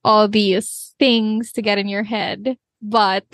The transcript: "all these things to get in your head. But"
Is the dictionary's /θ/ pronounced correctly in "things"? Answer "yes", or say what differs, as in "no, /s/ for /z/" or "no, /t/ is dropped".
yes